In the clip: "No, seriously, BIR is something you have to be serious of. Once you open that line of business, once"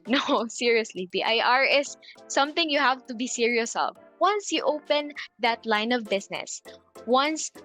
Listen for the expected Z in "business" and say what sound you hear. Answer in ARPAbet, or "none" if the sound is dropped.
S